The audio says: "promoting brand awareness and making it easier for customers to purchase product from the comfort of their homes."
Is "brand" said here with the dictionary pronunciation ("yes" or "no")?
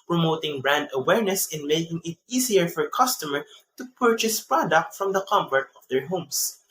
yes